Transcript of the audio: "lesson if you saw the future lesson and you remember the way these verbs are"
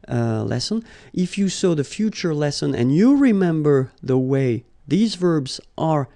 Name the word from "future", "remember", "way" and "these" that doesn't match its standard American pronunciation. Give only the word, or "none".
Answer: none